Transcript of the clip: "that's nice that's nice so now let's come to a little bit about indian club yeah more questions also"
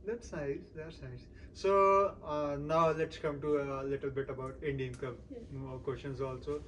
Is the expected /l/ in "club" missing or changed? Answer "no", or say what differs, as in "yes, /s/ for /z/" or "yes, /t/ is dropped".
yes, /l/ is dropped